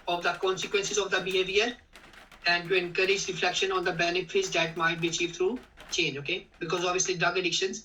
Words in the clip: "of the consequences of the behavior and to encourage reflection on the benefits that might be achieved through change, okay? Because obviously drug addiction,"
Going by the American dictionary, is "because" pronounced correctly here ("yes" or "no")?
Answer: yes